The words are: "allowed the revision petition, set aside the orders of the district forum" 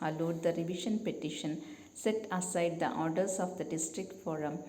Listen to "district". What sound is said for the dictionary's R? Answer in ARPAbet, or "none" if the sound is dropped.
R